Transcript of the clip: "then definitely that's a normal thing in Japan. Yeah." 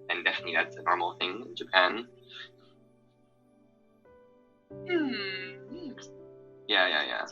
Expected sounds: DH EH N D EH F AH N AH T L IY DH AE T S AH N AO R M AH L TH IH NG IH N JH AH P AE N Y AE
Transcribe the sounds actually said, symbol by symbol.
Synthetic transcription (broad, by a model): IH N D EH F AH N AH T L IY DH AE T S AH N AO R M L TH IH NG IH N JH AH P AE N Y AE